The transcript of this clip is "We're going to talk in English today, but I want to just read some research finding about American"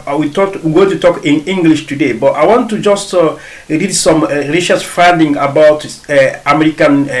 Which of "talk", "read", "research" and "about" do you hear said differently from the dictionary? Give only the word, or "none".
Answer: research